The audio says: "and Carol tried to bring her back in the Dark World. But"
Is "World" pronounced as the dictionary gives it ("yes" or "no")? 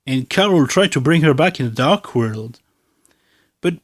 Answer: yes